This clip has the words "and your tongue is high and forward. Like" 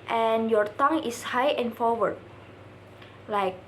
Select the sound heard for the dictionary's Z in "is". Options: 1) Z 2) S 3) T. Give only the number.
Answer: 2